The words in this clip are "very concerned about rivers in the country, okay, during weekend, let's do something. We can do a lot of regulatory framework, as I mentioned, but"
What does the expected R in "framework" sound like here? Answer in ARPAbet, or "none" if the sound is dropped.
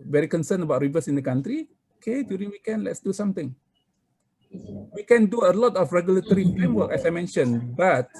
none